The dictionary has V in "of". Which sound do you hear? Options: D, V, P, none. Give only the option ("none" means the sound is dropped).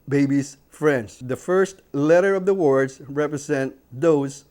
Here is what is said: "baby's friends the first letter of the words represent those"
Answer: V